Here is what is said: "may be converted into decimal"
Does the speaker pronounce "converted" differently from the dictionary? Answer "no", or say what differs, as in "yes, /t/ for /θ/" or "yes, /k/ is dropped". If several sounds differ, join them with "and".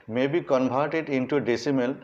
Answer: yes, /b/ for /v/